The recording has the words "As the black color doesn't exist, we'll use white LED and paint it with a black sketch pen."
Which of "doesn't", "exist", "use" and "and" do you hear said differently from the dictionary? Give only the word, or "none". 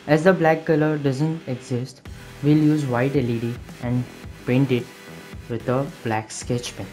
none